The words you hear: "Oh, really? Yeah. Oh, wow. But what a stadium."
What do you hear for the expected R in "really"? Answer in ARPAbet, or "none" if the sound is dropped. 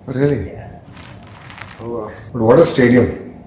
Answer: R